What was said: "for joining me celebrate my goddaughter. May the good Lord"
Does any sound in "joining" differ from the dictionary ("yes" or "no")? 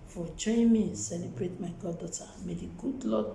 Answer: yes